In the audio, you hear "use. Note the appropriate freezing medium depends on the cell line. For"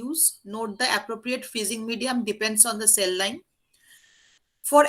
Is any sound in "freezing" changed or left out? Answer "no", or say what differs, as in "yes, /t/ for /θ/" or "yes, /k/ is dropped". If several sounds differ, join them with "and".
yes, /ɹ/ is dropped